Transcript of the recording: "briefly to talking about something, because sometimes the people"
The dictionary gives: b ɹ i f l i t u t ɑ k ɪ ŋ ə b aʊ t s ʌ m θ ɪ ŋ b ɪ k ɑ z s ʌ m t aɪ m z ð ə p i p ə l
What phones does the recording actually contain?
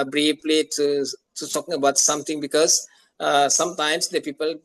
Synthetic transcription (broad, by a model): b ɹ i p l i t u t ɑ k ɪ ŋ ə b aʊ t s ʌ m t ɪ ŋ b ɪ k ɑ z s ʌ m t aɪ m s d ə p i p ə l